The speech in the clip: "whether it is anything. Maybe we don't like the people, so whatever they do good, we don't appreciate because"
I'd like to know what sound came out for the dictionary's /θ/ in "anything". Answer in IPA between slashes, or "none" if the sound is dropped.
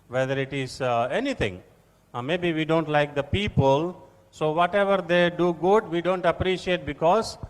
/t/